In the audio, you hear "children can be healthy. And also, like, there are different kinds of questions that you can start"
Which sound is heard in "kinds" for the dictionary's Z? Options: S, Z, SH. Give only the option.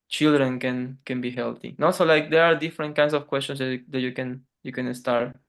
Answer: S